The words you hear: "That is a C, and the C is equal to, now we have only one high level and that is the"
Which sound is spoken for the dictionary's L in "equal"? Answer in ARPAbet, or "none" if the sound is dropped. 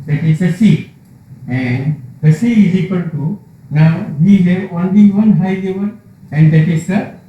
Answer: N